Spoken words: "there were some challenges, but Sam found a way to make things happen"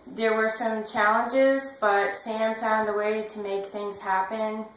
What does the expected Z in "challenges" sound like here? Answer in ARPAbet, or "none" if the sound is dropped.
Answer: Z